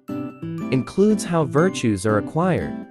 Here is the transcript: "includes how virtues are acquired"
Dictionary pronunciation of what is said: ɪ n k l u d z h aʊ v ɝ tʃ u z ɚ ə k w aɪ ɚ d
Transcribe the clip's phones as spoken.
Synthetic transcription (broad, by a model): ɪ n k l u d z h aʊ v ɝ tʃ u z ɚ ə k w aɪ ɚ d